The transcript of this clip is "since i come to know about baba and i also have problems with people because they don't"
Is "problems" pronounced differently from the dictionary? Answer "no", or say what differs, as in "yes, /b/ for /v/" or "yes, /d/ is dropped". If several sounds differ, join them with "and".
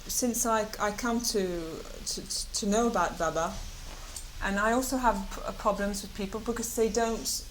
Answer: no